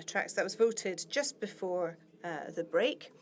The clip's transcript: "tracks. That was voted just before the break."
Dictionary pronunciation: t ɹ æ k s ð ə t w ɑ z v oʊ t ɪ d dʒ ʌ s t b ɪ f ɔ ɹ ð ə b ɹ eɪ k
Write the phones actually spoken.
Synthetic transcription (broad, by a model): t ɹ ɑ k s ð ə t w ɑ z v oʊ t ɪ d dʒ ʌ s b ɪ f ɔ ɹ ð ə b ɹ eɪ k